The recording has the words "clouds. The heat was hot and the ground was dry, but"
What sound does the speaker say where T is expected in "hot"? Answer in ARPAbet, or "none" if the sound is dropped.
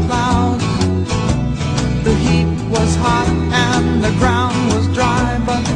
T